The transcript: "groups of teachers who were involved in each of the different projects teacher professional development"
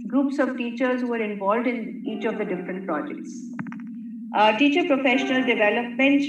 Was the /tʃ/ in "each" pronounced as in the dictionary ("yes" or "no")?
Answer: yes